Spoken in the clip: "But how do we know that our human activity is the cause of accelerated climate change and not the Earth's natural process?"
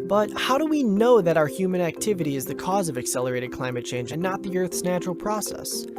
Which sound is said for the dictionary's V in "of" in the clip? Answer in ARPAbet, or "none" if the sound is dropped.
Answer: V